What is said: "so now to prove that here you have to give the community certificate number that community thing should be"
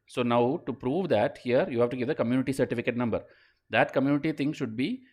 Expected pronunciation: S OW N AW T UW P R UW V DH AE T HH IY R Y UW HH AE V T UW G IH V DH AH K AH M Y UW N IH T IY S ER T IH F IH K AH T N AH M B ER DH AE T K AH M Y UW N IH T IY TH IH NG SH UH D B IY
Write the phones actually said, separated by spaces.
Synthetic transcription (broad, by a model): S OW N AW T UW P R UW V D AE T HH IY R Y UW HH AE V T UW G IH V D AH K AH M Y UW N IH T IY S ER T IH F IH K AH T N AH M B ER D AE T K AH M Y UW N IH T IY T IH NG SH UH D B IY